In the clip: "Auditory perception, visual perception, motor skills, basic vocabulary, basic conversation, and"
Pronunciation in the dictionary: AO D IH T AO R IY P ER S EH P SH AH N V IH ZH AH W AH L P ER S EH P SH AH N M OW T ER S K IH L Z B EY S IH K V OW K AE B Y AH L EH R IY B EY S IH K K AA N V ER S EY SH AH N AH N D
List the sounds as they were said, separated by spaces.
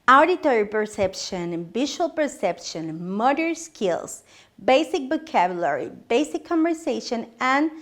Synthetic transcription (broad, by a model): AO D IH T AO R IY P ER S EH P SH AH N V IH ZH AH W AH L P ER S EH P SH AH N M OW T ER S K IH L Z B EY S IH K B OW K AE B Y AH L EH R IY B EY S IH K K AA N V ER S EY SH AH N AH N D